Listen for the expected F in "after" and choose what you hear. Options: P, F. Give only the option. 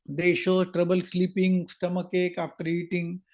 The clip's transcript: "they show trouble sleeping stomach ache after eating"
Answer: P